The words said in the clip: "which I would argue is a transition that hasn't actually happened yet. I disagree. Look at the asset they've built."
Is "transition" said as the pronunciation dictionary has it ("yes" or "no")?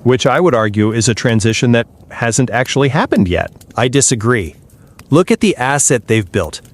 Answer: yes